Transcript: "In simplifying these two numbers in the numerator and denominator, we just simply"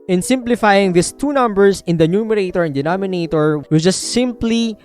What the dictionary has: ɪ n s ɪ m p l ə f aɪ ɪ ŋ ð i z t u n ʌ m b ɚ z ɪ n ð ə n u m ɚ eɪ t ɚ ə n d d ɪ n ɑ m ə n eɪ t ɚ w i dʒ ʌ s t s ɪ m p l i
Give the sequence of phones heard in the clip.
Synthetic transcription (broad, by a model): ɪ n s ɪ m p l ə f aɪ ɪ ŋ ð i s t u n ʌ m b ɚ s ɪ n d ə n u m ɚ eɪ t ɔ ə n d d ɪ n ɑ m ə n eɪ t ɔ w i dʒ ʌ s t s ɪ m p l i